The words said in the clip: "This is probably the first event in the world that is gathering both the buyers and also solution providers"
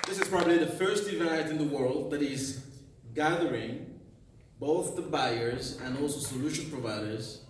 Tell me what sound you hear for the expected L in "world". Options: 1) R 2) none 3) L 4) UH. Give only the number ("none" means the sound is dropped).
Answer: 3